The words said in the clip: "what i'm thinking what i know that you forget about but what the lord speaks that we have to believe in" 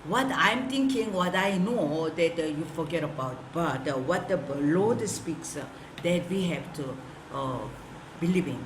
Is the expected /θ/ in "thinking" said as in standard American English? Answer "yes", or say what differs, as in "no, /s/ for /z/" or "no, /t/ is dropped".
no, /t/ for /θ/